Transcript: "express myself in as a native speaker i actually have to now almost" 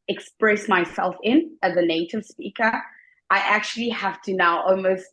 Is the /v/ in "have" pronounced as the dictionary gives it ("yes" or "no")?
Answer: no